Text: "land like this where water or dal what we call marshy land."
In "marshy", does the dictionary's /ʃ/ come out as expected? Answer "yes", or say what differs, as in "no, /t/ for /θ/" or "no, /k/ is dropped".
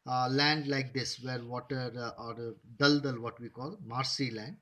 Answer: no, /s/ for /ʃ/